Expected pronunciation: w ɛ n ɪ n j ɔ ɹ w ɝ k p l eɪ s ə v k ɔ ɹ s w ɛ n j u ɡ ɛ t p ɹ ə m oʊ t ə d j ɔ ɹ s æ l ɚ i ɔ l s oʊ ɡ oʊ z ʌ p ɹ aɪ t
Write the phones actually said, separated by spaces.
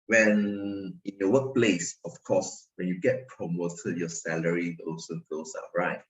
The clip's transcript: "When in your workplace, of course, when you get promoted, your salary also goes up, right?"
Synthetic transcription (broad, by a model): w ɛ n ɪ n j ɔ w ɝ k p l eɪ s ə f k ɔ s w ɛ n j u ɡ ɛ t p ɹ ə m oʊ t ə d j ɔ s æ l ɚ i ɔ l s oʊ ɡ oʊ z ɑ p ɹ aɪ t